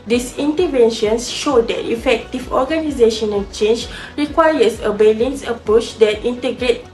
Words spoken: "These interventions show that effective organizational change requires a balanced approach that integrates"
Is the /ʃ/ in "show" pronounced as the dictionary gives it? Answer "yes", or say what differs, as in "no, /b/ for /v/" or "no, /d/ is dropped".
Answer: yes